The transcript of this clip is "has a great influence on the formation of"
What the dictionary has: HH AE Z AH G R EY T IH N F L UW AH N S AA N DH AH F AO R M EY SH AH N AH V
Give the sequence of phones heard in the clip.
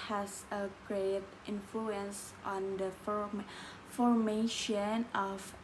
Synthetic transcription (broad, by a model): HH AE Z AH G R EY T IH N F L UW AH N S AA N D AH F AO R M EY SH AH N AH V